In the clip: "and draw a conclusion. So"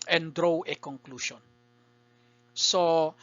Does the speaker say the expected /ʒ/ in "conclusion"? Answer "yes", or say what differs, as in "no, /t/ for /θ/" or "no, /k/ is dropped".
no, /ʃ/ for /ʒ/